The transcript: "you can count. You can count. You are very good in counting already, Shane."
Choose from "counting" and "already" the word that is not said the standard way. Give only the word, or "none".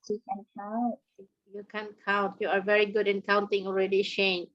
none